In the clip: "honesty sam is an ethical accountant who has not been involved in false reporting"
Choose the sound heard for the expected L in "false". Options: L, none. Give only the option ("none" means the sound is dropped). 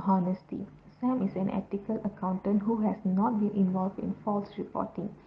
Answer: L